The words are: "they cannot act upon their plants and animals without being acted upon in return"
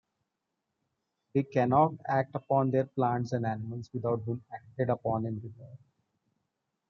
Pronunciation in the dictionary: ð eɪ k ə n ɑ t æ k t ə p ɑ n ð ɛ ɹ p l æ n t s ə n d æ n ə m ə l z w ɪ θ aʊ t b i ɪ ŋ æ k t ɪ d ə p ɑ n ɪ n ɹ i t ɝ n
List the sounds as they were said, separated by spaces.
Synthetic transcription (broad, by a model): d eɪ k ə n ɑ t æ k t ə p ɑ n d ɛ ɹ p l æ n t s ə n d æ n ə m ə l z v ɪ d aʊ t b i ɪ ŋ æ k t ɪ d ə p ɑ n ɪ n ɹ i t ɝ